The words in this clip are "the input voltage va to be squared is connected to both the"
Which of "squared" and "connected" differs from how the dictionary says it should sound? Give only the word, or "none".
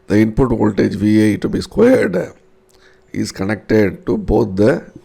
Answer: none